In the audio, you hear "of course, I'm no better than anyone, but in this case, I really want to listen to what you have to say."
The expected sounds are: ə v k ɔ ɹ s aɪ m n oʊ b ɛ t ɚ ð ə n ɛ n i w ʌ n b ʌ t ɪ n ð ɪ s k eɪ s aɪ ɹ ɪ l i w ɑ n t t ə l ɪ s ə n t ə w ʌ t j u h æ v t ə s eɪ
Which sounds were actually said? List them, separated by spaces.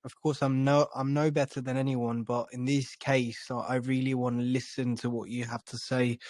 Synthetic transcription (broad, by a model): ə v k ɔ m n aɪ m n oʊ b ɛ t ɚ ð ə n ɛ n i w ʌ n b ʌ t ɪ n ð ɪ s k eɪ s aɪ ɹ ɪ l i w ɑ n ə l ɪ s ə n t ə w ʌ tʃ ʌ h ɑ f t ə s eɪ